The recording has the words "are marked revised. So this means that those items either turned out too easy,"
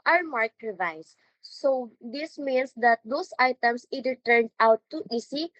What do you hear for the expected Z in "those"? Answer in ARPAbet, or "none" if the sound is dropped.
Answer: S